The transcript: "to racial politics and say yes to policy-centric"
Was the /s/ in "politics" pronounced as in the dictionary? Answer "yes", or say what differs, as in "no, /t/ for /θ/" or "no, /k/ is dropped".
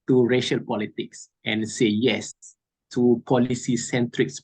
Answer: yes